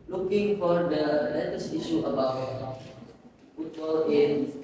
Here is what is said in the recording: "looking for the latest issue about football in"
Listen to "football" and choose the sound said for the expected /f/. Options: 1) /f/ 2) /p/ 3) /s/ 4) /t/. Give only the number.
2